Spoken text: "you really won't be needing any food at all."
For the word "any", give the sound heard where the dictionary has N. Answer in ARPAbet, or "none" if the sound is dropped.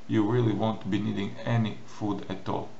N